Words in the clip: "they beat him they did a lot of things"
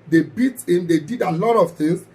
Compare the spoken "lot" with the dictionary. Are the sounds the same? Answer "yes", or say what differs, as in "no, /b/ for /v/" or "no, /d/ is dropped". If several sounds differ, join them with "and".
yes